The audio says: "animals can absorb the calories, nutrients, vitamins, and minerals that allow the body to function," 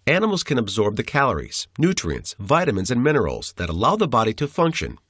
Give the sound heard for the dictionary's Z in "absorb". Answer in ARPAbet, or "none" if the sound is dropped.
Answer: Z